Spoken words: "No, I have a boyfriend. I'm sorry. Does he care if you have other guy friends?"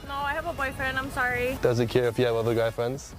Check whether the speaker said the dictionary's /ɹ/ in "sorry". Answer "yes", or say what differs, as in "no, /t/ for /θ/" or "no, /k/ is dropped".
yes